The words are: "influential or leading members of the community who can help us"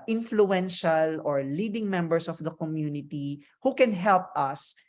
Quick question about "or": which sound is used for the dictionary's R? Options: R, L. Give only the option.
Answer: R